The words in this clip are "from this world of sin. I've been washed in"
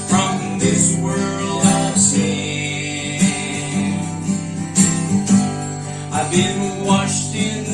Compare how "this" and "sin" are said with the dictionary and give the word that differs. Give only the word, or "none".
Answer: sin